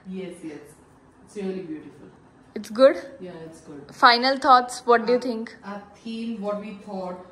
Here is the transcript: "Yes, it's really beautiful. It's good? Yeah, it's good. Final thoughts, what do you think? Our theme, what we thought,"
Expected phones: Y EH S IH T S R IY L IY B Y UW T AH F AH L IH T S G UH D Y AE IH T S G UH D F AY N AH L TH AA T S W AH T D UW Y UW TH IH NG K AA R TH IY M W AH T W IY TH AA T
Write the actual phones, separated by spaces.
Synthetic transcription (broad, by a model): Y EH S IH T S R IY L IY B Y UW T AH F AH L IH T S G UH D Y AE IH T S G UH D F AY N AH L T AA T S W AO T D UW Y UW T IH NG K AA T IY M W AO T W IY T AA T